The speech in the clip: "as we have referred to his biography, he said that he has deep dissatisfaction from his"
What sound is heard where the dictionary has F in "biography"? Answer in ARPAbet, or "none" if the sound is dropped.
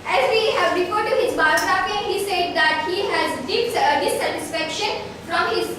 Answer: P